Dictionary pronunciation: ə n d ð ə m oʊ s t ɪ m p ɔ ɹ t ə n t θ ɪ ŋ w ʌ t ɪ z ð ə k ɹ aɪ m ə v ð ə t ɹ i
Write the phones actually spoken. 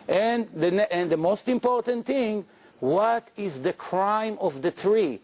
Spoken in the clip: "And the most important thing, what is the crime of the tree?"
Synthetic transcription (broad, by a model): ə n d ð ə m oʊ s t ɪ m p ɔ ɹ t ə n t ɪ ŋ w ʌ t ɪ z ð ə k ɹ aɪ m ə v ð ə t ɹ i